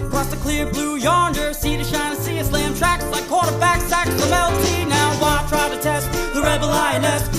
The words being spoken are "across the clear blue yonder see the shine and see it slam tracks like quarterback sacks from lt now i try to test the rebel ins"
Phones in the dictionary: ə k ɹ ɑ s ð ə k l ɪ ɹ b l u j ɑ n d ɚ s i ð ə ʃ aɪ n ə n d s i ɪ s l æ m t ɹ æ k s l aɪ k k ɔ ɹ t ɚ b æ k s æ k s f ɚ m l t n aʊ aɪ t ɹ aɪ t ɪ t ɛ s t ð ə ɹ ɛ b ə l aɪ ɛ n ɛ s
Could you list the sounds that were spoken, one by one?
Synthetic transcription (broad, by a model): k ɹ ɑ s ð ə k l ɪ ɹ b l u j ɑ n d ɚ s i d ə ʃ aɪ n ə s i ɪ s l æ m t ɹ æ k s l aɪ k k ɔ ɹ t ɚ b æ k s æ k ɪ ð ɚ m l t n aʊ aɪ t ɹ aɪ t ɪ t ɛ s t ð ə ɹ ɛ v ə l aɪ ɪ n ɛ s